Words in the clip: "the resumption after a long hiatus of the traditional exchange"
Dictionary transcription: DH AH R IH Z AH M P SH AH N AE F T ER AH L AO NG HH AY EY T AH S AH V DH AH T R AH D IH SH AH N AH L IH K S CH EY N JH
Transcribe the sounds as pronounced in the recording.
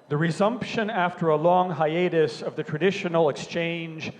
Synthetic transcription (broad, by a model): DH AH R IH Z AH M P SH AH N AE F T ER AH L AO NG HH AY EY T AH S AH V DH AH T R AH D IH SH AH N L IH K S CH EY N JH